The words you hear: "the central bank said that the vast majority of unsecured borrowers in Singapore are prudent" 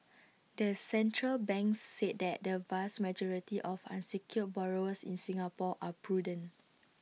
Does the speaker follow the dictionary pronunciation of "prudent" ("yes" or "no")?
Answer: no